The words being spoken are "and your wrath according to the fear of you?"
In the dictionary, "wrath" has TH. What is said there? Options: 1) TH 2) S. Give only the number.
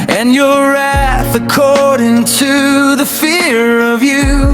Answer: 1